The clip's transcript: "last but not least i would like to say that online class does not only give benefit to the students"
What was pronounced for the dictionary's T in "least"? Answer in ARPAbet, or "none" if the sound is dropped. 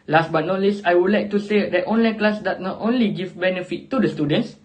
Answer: none